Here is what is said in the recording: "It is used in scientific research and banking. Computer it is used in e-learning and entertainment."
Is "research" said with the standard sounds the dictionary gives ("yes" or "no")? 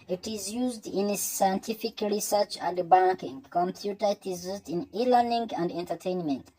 yes